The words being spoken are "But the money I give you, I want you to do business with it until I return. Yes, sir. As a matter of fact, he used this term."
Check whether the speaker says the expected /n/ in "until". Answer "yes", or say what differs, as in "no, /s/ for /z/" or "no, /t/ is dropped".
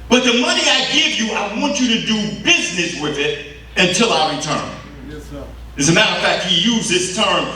yes